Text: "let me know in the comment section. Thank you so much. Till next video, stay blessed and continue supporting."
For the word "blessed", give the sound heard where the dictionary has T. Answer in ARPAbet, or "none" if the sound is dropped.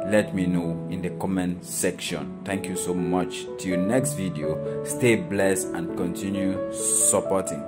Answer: none